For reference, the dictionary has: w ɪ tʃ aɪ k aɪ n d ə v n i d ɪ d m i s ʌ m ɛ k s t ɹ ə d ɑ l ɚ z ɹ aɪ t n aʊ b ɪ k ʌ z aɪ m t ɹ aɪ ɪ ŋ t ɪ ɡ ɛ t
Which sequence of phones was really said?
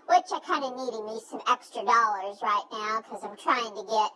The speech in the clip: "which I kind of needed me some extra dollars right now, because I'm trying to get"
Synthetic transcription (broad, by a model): w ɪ tʃ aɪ k aɪ n d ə n i d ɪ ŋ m i s ʌ m ɛ k s t ɹ ə d ɑ l ɚ z ɹ aɪ t n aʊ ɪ k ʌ z aɪ m t ɹ aɪ ɪ ŋ t ɪ ɡ ɛ t